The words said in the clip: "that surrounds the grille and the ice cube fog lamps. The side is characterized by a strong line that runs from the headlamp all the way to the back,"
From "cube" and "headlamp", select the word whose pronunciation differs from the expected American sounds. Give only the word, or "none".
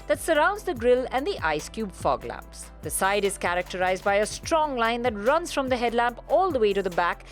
none